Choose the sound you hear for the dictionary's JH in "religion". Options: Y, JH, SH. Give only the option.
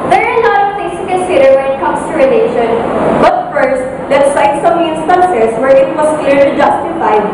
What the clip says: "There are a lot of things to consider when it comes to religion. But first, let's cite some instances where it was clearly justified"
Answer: SH